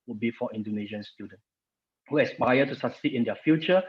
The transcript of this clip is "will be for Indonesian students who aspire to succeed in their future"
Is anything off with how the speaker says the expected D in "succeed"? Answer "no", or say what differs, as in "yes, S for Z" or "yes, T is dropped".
yes, D is dropped